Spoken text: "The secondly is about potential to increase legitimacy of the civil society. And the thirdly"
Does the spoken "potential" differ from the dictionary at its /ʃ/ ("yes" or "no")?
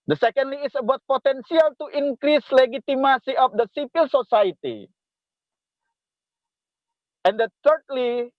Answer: yes